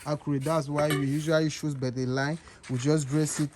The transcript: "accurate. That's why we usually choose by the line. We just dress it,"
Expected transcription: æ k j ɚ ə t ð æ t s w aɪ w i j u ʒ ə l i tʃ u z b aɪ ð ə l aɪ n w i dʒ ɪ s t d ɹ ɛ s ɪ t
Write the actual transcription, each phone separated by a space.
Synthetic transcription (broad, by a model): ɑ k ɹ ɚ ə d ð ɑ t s w aɪ w i j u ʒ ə l i ʃ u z b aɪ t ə l aɪ n w i dʒ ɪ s d ɹ ɛ s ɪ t